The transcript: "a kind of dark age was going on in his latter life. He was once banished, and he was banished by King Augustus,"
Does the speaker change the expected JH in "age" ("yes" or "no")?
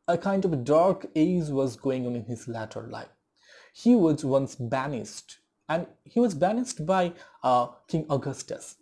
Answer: yes